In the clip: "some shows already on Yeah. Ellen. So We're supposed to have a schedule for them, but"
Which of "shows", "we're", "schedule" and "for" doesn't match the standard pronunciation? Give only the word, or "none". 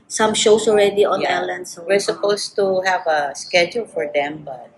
shows